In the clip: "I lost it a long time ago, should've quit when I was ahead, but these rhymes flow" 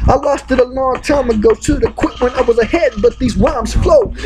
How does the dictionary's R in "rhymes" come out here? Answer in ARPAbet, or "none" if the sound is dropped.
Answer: W